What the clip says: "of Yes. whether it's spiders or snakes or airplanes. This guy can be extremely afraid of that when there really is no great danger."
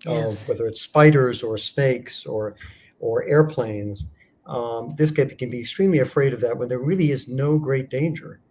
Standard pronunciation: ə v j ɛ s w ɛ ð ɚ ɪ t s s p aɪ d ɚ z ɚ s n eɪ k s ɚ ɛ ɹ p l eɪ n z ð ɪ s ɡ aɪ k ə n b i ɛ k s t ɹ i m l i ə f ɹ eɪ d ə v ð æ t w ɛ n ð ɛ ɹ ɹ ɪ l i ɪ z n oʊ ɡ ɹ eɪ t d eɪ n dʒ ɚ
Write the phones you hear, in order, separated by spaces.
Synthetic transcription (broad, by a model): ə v w ɛ ð ɚ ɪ t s s p aɪ d ɚ z ɚ s n eɪ k s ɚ ɛ ɹ p l eɪ n z ð ɪ s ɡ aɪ k ə n b i ɛ k s t ɹ i m l i ə f ɹ eɪ d ə v ð æ t w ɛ n ð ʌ ɹ ɹ ɪ l i ɪ z n oʊ ɡ ɹ eɪ t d eɪ n dʒ ɚ